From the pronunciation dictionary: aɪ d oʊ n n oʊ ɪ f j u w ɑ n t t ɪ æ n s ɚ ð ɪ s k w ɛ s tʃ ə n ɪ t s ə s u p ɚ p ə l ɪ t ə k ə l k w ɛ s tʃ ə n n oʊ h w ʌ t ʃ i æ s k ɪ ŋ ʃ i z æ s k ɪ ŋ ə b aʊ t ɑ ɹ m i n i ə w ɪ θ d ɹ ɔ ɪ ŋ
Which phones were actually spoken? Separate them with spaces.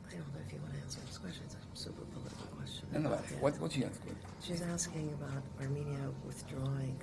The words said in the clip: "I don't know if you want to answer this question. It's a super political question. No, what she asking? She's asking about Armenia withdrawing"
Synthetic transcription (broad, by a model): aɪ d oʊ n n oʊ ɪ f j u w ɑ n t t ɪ æ n s ɚ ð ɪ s k w ɛ s tʃ ə n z ə s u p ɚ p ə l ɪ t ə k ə k w ɛ s tʃ ə n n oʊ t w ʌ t s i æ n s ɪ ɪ ʃ i z æ s k ɪ ŋ ə b aʊ t ɑ ɹ m i n i ə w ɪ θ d ɹ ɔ ɪ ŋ